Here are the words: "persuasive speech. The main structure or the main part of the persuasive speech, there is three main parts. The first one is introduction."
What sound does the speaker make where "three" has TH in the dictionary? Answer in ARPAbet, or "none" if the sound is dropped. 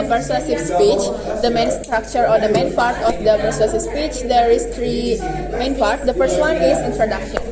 T